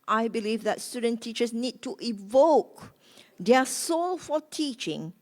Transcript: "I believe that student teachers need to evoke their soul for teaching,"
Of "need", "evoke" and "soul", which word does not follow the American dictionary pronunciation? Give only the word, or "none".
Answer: none